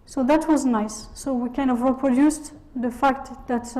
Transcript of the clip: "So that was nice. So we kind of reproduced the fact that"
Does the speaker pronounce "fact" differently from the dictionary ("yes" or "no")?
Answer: no